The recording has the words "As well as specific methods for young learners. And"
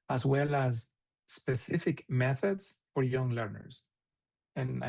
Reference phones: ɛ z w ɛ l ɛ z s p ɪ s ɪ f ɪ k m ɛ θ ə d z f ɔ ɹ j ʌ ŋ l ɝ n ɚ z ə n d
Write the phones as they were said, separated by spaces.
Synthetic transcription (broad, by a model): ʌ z w ɛ l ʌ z s p ɪ s ɪ f ɪ k m ɛ θ ə d z f ɔ ɹ j ʌ ŋ l ɝ n ɚ z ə n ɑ